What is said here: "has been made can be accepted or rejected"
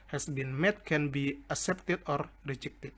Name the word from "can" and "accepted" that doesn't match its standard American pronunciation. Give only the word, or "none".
accepted